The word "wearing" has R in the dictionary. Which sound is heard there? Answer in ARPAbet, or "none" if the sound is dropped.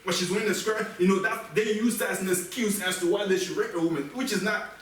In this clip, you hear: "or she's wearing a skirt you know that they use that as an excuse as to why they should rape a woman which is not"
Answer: none